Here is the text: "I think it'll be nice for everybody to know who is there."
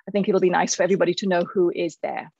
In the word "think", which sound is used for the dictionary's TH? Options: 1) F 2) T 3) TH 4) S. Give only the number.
3